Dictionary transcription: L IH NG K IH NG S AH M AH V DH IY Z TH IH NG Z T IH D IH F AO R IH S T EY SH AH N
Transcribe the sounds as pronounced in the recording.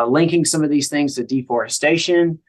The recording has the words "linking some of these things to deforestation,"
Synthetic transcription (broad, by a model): L IH NG K IH NG S AH M AH V DH IY Z TH IH NG Z T IH D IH F AO R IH S T EY SH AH N